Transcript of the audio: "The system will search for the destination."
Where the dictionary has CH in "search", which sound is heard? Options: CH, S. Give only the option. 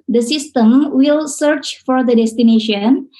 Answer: CH